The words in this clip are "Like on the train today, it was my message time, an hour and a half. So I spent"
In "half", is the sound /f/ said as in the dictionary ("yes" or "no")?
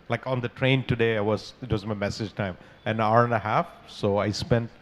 yes